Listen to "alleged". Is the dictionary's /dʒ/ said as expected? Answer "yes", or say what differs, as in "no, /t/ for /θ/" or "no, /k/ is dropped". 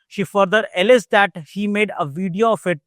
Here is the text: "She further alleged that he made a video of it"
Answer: no, /z/ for /dʒ/